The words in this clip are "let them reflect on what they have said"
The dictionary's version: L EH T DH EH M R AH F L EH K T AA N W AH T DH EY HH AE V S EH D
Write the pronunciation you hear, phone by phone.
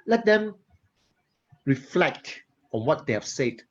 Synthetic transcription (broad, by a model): L EH T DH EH M R AH F L EH K T AA N W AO T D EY HH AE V S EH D